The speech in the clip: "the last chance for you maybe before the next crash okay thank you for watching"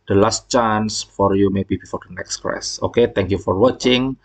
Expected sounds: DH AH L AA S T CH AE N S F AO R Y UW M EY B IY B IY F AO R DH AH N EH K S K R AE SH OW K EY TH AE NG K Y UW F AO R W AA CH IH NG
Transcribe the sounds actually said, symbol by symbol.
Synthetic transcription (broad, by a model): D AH L AA S T CH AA N S F AO R Y UW M EY B IY B IY F AO R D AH N EH K S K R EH S OW K EY T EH NG K Y UW F AO R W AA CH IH NG